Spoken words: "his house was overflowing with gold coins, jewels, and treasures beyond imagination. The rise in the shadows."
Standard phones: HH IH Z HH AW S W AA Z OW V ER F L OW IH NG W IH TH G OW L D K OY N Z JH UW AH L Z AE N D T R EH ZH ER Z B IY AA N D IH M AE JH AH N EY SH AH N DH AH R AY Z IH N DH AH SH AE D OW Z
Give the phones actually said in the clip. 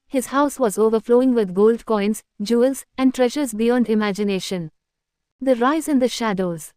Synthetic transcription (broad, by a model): HH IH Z HH AW S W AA Z OW V ER F L OW IH NG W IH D G OW L D K OY N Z JH UW AH L Z AE N D T R EH ZH ER Z B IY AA N D IH M AE JH AH N EY SH AH N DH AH R AY Z IH N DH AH SH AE D OW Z